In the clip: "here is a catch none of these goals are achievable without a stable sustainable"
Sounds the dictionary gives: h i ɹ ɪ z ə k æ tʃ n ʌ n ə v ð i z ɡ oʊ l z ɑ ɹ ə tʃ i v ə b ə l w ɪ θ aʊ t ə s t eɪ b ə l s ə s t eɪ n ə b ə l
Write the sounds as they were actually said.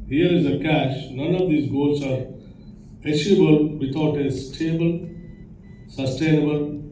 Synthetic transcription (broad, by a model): h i ɹ ɪ z ə k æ ʃ n ʌ n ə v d i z ɡ oʊ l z ɑ ɹ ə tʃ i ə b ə l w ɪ t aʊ t ə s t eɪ b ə l s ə s t eɪ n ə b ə l